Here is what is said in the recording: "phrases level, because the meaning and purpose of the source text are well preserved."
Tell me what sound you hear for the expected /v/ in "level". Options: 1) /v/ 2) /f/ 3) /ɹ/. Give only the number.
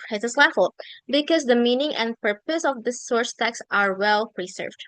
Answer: 2